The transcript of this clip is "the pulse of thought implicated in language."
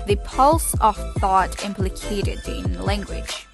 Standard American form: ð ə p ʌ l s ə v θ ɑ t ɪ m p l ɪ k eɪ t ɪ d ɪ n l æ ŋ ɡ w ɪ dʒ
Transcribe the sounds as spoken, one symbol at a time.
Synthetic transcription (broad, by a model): ð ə p ʌ l s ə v θ ɑ t ɪ m p l ɪ k eɪ t ɪ d ɪ n l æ ŋ ɡ w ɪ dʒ